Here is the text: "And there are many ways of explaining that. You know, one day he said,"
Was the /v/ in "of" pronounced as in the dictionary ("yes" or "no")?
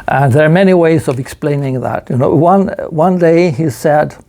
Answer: yes